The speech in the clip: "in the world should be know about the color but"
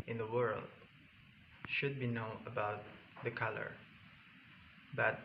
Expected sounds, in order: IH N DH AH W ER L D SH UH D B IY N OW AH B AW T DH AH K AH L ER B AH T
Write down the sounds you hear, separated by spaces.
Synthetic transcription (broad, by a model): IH N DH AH W ER L D SH UH D B IY N OW AH B AW T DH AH K AH L ER B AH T